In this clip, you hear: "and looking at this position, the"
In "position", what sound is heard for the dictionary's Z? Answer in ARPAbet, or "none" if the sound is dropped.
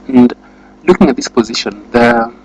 Z